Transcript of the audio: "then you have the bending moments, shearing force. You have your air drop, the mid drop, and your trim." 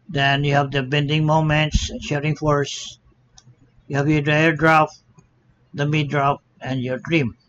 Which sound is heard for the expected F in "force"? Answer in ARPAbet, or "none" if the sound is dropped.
F